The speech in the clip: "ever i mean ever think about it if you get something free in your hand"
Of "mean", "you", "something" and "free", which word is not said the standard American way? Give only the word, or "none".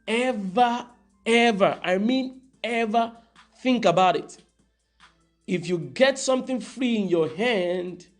none